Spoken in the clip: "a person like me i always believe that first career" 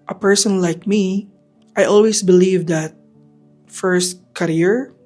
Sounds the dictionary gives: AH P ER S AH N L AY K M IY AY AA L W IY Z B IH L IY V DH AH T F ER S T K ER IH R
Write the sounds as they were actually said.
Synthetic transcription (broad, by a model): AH P ER S AH N L AY K M IY AY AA L W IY S B IH L IY V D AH T F ER S T K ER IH R